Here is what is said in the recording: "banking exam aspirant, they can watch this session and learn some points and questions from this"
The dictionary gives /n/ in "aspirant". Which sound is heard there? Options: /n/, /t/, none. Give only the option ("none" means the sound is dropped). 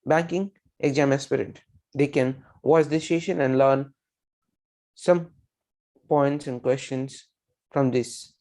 none